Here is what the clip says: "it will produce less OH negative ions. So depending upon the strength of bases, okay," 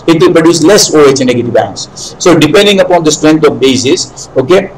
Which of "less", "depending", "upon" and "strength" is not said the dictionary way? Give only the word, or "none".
strength